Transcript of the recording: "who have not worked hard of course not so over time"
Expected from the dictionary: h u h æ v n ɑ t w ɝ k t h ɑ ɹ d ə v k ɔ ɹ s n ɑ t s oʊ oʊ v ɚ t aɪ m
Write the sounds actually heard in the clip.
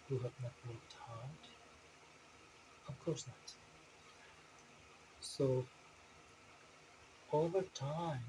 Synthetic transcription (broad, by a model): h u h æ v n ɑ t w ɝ t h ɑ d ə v k ɔ ɹ s n ɑ t s oʊ oʊ v ɚ t aɪ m